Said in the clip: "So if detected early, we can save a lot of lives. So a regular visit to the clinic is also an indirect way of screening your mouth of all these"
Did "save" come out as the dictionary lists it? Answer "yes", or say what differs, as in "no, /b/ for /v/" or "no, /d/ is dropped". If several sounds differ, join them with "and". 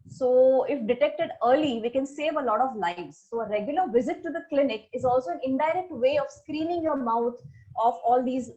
yes